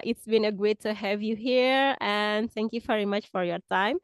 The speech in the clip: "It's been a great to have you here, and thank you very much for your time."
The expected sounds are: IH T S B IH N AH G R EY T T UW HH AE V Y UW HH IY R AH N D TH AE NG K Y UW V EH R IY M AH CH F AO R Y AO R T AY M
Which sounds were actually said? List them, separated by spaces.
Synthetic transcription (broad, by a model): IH T S B IH N AH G EY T T UW HH AE V Y UW HH IY R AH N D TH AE NG K Y UW V EH R IY M AH CH F AO R Y AO R T AY M